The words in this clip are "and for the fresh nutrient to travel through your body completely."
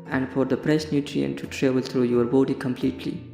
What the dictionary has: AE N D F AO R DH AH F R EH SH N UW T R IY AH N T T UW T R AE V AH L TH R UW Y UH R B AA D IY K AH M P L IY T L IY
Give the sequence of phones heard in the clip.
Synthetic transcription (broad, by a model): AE N D F AO R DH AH P R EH S N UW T R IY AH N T T UW T R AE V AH L T R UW Y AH R B AA D IY K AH M P L IY T L IY